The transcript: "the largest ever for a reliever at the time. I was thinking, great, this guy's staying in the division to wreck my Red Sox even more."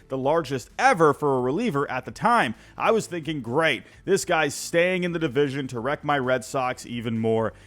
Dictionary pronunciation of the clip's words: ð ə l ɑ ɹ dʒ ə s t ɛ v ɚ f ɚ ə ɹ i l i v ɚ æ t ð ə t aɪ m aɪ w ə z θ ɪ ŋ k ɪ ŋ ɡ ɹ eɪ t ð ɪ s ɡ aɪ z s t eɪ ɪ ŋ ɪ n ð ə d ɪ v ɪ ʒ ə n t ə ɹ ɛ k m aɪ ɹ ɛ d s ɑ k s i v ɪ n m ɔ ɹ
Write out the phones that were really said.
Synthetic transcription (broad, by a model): ð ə l ɑ ɹ dʒ ə s t ɛ v ɚ f ɚ ə ɹ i l i v ɚ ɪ t ð ə t aɪ m aɪ w ə z θ ɪ ŋ k ɪ ŋ ɡ ɹ eɪ t ð ɪ s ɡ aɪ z s t eɪ ɪ ŋ ɪ n ð ə d ɪ v ɪ ʒ ə n t ə ɹ ɛ k m aɪ ɹ ɛ d s ɑ k s i v ɪ n m ɔ ɹ